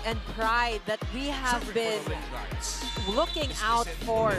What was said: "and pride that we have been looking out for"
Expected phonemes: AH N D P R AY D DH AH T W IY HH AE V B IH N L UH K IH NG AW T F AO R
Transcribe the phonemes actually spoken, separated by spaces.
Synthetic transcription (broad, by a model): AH N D P R AY D DH AH T W IY HH AE V B IH N L UH K IH NG AW T F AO R